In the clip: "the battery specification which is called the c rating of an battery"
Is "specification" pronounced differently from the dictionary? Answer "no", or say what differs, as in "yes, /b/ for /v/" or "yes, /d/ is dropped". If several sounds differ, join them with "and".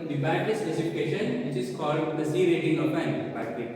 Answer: yes, /p/ is dropped